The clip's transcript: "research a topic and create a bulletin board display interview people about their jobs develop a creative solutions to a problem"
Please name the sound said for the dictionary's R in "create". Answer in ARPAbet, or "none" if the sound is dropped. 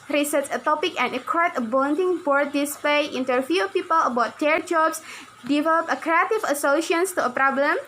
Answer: none